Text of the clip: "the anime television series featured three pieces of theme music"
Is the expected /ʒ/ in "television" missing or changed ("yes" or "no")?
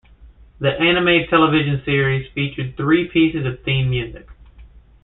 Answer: no